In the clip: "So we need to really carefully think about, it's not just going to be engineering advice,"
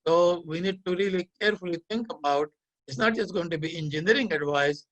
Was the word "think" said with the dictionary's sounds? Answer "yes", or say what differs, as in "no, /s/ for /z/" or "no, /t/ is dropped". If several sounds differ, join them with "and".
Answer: no, /t/ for /θ/